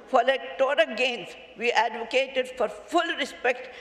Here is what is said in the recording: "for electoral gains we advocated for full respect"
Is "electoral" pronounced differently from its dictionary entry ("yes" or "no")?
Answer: yes